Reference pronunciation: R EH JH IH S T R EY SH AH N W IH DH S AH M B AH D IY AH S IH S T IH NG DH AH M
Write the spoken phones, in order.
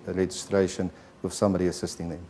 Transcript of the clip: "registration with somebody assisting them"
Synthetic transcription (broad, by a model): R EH JH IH S T R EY SH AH N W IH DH S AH M AH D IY AH S IH S T IH NG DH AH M